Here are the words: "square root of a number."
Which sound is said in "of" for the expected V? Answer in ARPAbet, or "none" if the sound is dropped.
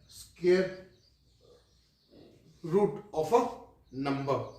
P